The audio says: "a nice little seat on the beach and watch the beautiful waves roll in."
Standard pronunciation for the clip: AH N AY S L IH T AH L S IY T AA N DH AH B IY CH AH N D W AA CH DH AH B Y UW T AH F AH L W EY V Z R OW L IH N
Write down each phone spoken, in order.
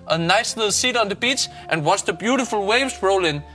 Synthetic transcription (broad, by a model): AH N AY S L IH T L S IY T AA N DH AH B IY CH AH N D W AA S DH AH B Y UW T AH F AH L W EY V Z R OW L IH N